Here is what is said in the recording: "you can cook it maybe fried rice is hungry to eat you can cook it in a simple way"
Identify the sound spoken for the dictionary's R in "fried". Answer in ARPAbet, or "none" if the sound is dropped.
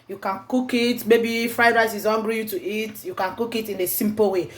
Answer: R